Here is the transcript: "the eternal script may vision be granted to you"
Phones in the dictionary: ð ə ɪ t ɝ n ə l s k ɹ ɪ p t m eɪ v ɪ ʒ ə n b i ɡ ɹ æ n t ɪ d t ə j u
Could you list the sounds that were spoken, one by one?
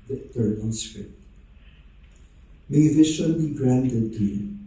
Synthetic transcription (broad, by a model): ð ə ɪ t ɝ n ə l s ɹ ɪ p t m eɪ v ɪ ʃ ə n b i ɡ ɹ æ n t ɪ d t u